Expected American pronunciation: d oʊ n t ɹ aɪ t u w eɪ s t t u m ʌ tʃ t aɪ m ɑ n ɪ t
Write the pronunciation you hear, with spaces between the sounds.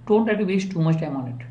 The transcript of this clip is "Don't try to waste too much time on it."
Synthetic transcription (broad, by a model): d oʊ n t l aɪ t u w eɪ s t t u m ʌ tʃ t aɪ m ɑ n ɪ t